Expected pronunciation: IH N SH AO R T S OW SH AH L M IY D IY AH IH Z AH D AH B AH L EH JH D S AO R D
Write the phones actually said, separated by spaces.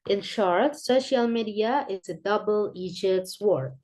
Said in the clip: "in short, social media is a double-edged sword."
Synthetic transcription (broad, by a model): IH N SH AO R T S OW SH AH L M IY D IY AH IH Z AH D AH B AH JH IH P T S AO R